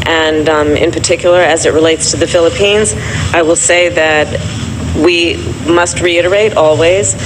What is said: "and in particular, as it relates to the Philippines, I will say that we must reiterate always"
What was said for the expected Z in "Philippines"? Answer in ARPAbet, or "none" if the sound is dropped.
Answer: Z